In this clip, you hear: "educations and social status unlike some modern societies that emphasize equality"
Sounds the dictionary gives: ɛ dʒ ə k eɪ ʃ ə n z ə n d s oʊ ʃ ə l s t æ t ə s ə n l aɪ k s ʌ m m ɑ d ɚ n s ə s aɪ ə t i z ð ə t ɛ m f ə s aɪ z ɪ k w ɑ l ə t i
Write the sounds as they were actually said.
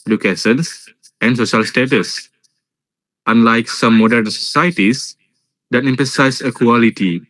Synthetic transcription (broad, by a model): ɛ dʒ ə k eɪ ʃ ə n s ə n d s oʊ ʃ ə l s t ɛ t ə s ə n l aɪ k s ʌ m m ɑ d ɚ n s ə s aɪ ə t i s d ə t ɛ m p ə s aɪ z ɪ k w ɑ l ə t i